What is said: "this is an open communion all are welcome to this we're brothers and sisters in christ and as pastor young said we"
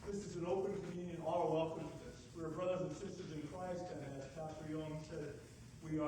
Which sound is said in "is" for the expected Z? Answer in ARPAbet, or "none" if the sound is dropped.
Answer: Z